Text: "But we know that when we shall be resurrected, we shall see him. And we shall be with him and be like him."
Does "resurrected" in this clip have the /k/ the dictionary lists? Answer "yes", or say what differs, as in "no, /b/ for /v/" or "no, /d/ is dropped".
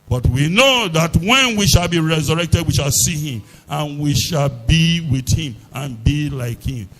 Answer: yes